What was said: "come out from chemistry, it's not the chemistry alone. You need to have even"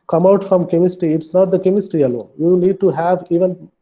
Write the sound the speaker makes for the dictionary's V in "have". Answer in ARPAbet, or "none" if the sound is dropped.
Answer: V